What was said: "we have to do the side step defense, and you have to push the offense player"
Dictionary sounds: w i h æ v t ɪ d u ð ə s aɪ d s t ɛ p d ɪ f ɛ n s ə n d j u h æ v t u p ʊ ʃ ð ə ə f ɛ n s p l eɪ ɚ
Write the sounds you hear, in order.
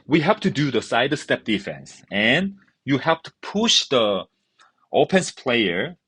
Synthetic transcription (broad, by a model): w i h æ p t ɪ d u ð ə s aɪ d s t ɛ p d ɪ f ɛ n s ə n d j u h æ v t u p ʊ ʃ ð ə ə p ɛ n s p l eɪ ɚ